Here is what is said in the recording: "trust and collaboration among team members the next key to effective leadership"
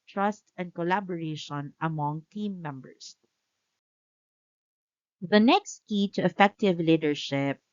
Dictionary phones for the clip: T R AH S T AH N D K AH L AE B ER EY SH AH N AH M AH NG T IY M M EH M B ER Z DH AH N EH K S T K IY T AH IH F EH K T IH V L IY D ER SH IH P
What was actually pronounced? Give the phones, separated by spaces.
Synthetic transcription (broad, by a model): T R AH S T AH N D K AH L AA B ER EY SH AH N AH M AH NG T IY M M EH M B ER S DH AH N EH K S T K IY T AH IH F EH K T IH V L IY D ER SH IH P